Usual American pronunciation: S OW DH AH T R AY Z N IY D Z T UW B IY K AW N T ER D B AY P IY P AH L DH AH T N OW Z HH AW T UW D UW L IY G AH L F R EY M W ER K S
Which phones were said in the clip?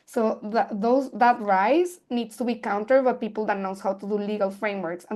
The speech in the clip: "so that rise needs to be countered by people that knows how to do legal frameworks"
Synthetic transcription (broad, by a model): S OW DH AH T R AY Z N IY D S T UW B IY K AW N T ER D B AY P IY P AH L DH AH T N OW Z HH AW T UW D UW L IY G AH L F R EY M W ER K S